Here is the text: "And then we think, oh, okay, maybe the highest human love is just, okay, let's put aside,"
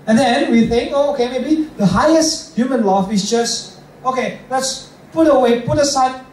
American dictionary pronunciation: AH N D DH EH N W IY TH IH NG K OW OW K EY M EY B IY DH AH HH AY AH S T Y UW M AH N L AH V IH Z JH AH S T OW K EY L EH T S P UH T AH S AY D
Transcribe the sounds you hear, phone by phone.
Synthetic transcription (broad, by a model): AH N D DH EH N W IY TH IH NG K OW OW K EY M EY B IY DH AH HH AY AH S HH Y UW M AH N L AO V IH S JH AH S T OW K EY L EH T S P UH T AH S AY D